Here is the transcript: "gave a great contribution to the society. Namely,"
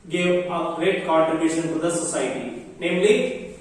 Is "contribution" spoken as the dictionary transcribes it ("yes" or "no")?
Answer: no